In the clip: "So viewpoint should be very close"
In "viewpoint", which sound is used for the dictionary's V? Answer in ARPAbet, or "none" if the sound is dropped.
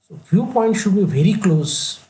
F